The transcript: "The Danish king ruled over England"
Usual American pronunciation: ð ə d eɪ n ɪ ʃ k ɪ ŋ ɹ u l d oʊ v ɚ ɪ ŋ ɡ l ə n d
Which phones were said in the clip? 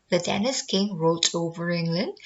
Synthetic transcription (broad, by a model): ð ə d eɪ n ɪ s k ɪ ŋ ɹ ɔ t oʊ v ɚ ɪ ŋ ɡ l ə n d